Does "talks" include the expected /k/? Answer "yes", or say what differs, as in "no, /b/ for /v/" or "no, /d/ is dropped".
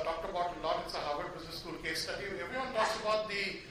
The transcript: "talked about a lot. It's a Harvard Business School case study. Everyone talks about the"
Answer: no, /k/ is dropped